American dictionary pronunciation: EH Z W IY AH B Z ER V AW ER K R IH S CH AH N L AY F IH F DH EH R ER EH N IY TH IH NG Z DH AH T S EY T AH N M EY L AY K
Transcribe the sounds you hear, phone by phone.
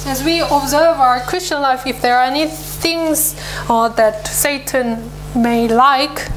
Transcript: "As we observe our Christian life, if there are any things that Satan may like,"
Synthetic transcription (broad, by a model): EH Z W IY AH B Z ER V AW ER K R IH S CH AH N L AY F IH F DH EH R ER EH N IY TH IH NG Z DH AH T S EY T AH N M EY L AY K